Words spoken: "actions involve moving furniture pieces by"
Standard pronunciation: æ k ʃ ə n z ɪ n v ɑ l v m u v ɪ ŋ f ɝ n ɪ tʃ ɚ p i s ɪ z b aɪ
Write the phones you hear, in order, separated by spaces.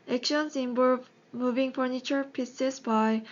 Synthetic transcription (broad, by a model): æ k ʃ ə n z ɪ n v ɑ v m u v ɪ ŋ f ɝ n ɪ tʃ ɚ p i s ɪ s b aɪ